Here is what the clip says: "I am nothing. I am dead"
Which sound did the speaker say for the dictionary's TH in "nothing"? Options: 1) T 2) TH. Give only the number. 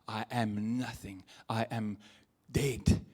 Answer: 2